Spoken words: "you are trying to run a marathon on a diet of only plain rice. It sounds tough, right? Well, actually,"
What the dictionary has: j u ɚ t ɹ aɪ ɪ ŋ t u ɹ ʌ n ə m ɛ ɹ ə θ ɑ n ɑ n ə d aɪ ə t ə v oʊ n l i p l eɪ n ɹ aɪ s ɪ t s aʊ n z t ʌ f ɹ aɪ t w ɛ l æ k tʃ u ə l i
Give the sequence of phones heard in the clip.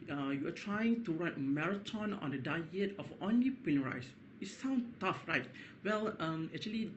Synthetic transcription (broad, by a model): j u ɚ t ɹ aɪ ɪ ŋ t u ɹ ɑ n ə m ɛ ɹ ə t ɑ n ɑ n ə d aɪ ə t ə f oʊ n l i p eɪ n ɹ aɪ s ɪ t s aʊ n t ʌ f ɹ aɪ t w ɛ l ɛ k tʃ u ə l i